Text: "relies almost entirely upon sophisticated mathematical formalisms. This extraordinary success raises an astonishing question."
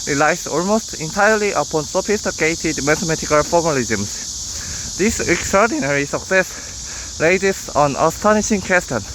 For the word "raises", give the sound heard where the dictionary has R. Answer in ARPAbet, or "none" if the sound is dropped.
L